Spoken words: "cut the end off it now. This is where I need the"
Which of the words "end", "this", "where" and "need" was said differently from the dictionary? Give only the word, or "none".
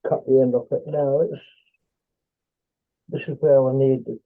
where